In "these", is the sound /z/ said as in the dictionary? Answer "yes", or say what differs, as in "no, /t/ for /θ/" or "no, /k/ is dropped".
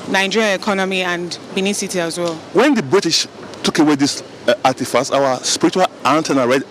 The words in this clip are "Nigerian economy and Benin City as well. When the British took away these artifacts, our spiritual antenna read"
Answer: no, /s/ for /z/